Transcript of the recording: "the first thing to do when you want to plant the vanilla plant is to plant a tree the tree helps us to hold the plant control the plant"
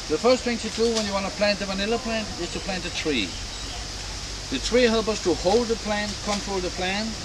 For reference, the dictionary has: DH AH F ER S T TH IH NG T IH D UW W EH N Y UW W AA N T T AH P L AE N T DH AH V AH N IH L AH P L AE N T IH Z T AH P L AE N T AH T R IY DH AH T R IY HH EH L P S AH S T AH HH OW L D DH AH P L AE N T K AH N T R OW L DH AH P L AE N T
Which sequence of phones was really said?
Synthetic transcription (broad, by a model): DH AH F ER S T TH IH NG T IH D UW W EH N Y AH W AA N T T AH P L AE N T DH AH V AH N IH L AH P L AE N T IH Z T AH P L AE N T AH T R IY DH AH T R IY HH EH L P AH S T AH HH OW L D DH AH P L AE N K AH N T R OW L DH AH P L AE N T